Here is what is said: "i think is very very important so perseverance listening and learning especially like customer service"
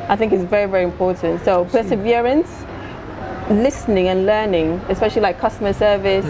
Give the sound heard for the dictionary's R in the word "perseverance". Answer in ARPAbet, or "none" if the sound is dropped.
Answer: R